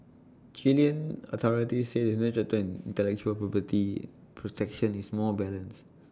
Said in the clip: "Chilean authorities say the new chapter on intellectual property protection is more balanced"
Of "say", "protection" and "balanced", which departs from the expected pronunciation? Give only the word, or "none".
balanced